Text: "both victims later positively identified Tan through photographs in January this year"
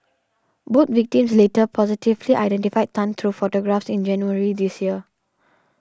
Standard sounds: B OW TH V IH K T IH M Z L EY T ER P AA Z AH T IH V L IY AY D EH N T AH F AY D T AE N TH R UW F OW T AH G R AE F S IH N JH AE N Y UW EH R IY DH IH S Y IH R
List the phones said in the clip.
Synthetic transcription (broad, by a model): B OW T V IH K T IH M S L EY T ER P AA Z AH T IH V L IY AY D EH N T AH F AY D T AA N T R UW F OW T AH G R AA F S IH N JH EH N Y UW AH R IY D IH S Y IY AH